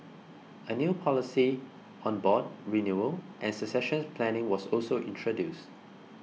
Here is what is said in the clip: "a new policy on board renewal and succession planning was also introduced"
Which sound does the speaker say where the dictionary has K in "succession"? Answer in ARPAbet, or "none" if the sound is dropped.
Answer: none